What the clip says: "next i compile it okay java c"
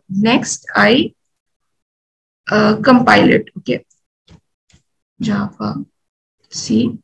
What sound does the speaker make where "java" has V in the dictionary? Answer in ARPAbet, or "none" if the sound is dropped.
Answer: P